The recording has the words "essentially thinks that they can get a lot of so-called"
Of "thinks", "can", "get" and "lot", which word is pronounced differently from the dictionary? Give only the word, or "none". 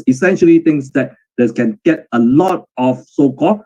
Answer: thinks